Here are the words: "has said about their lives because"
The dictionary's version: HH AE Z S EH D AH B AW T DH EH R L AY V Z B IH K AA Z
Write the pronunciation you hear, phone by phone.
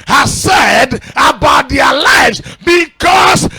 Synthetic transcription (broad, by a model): HH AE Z S EH D AH B AW T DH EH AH L AY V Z B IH K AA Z